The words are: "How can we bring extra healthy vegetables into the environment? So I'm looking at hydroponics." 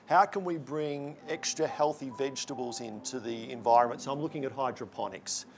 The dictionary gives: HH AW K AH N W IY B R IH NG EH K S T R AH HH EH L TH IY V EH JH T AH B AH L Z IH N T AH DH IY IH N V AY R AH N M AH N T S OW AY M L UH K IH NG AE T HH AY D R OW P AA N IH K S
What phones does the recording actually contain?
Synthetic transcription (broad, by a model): HH AW K AH N W IY B R IH NG EH K S T R AH HH EH L TH IY V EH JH T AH B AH L Z IH N T AH DH IY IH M V AY R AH N M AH N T S OW AY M L UH K IH NG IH T HH AY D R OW P AA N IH K S